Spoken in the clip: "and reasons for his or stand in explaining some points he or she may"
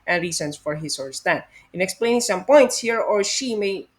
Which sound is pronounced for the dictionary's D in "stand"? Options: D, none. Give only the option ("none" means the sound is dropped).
none